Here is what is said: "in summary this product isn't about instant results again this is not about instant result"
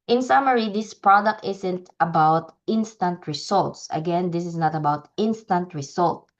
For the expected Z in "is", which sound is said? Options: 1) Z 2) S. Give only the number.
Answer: 2